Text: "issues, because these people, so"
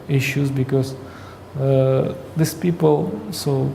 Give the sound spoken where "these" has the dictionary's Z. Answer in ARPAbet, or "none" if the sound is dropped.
S